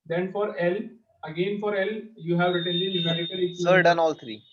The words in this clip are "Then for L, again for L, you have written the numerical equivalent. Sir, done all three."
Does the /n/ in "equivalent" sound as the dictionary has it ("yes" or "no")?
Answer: no